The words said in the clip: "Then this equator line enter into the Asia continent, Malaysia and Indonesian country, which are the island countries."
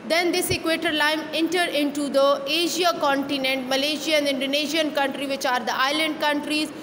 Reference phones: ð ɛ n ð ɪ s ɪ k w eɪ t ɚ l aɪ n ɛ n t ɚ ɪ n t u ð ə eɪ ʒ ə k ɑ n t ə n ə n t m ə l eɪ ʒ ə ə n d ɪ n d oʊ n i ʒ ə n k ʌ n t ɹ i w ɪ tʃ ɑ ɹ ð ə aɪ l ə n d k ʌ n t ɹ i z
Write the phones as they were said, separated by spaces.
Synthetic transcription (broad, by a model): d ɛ n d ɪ s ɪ k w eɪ t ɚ l aɪ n ɛ n t ɚ ɪ n t u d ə eɪ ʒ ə k ɑ n t ə n ə n t m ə l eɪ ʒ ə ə n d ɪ n d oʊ n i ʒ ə n k ʌ n t ɹ i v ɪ tʃ ɑ ɹ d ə aɪ l ə n d k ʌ n t ɹ i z